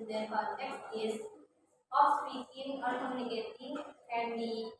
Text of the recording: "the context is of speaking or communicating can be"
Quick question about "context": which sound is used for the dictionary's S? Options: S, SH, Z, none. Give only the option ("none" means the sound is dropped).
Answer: none